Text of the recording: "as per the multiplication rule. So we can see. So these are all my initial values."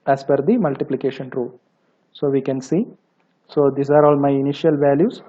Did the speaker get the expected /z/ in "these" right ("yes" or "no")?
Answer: no